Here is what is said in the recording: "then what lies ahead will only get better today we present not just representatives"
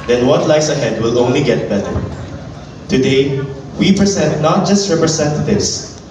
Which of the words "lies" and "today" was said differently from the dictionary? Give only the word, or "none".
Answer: lies